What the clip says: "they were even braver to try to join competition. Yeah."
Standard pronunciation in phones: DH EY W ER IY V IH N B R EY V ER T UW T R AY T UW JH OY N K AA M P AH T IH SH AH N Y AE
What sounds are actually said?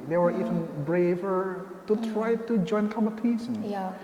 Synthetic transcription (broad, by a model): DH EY W ER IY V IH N B R EY V ER T UW T R AY T UW JH OY N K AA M AH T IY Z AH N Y